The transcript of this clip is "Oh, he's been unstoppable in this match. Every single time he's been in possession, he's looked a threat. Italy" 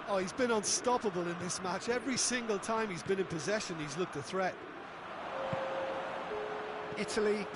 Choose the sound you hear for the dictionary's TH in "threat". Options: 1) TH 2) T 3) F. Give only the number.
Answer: 1